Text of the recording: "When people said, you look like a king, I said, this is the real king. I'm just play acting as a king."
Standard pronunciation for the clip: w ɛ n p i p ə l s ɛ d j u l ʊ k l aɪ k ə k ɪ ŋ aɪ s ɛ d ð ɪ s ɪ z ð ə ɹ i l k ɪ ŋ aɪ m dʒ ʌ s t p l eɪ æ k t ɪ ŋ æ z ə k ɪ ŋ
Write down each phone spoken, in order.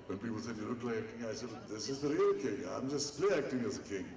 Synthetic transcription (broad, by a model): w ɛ n p i p ə l s ɛ d j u n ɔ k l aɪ ə k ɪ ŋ aɪ s ɛ d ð ɪ s ɪ z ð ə ɹ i l k ɪ ŋ aɪ m dʒ ʌ s t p l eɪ æ k t ɪ ŋ æ z ə k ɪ ŋ